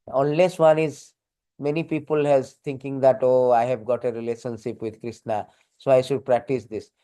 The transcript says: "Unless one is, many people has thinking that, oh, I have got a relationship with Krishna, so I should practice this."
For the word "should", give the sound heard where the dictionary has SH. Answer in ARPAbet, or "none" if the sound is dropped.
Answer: SH